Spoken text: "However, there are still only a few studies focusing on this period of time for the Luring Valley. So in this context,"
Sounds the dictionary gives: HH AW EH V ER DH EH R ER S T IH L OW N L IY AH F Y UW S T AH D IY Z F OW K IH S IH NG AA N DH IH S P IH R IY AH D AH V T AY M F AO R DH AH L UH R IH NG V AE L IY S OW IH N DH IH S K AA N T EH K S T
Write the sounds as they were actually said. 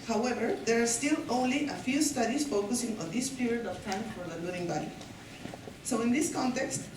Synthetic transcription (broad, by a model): HH AW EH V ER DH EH R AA S T IH L OW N L IY AH F Y UW S T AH D IY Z F OW K IH S IH NG AA N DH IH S P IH R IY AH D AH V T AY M F AO R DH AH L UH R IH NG B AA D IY S OW IH N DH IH S K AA N T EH K S T